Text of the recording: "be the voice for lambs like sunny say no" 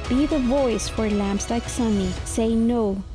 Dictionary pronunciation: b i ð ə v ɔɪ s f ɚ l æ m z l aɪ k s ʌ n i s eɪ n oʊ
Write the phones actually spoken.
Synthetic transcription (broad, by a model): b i ð ə v ɔɪ s f ɚ l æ m s l aɪ k s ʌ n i s eɪ n oʊ